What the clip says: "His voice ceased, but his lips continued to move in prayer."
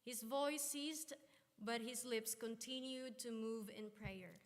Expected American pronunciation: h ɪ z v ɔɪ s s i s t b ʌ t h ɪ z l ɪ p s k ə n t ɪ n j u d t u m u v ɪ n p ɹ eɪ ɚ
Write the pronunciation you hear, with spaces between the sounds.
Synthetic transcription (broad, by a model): h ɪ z v ɔɪ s s i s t b ʌ t h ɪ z l ɪ p s k ə n t ɪ n j u d t u m u v ɪ n p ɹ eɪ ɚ